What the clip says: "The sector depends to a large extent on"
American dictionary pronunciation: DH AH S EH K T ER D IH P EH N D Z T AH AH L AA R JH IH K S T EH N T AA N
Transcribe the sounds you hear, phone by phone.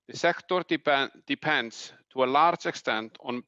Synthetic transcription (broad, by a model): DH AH S EH K T ER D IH P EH N D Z T AH AH L AA R JH IH K S T EH N T N